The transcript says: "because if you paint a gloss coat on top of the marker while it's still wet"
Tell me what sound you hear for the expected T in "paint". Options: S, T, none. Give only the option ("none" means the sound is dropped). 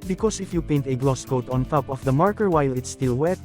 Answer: T